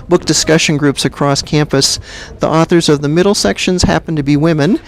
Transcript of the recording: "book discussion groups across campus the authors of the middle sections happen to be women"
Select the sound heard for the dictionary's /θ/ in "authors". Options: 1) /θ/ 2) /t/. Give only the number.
1